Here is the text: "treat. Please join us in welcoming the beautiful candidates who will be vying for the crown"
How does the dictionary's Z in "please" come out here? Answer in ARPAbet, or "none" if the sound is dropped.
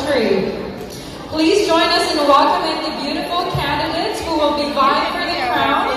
Z